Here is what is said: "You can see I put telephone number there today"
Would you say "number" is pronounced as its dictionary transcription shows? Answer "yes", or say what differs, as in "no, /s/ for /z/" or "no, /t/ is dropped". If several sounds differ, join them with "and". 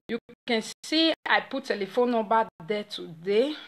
no, /m/ is dropped